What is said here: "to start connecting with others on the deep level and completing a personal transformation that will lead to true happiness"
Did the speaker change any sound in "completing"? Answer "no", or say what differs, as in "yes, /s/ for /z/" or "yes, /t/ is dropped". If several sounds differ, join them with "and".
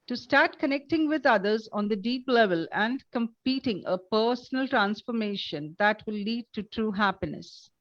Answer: yes, /l/ is dropped